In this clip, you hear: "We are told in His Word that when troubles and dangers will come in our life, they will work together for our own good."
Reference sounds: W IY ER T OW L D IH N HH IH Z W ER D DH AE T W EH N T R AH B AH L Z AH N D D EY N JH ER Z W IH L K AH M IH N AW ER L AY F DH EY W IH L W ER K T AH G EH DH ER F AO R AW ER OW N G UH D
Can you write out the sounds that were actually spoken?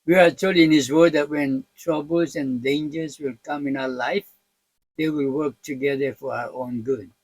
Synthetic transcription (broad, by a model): W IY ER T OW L IH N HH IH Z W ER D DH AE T W EH N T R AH B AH L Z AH N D D EY N JH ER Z W IH L K AH M IH N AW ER L AY F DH EY W IH L W ER K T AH G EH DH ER F AO R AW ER OW N G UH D